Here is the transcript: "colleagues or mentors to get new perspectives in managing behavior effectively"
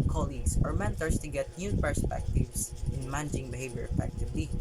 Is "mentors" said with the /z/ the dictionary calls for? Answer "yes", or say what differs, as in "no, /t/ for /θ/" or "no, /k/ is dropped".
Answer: no, /s/ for /z/